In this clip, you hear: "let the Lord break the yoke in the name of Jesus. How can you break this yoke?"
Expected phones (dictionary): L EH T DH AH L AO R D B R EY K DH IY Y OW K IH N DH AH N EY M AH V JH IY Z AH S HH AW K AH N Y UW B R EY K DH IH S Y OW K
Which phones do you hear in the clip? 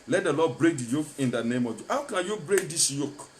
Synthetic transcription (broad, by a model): L EH T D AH L AO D B R EY K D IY Y OW K IH N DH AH N EY M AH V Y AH HH AW K AH N Y UW B R EY K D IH S Y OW K